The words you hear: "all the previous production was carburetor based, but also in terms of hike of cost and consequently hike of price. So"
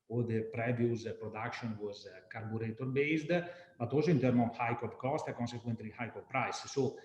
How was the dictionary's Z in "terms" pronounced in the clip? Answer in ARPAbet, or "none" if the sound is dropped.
none